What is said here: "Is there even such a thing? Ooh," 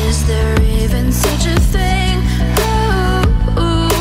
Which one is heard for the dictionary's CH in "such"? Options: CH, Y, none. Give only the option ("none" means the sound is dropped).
CH